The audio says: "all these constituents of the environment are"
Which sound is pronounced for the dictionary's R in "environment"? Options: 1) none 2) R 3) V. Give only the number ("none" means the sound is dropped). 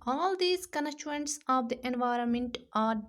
2